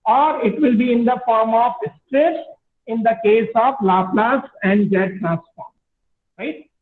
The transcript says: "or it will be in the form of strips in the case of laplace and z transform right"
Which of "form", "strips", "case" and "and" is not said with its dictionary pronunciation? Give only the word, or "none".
strips